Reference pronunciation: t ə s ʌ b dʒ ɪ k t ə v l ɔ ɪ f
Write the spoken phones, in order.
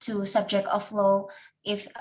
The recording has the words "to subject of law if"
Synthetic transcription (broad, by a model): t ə s ʌ b dʒ ɪ k t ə f l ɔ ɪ f